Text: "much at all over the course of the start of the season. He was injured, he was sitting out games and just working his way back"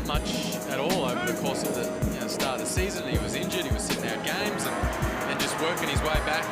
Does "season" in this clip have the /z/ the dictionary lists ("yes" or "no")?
yes